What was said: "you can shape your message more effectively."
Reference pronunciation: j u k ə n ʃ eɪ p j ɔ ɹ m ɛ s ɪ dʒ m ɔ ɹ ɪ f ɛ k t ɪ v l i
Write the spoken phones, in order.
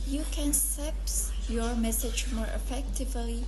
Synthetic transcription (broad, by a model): j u k ə n s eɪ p j ɔ ɹ m ɛ s ɪ dʒ m ɔ ɹ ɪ f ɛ k t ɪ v l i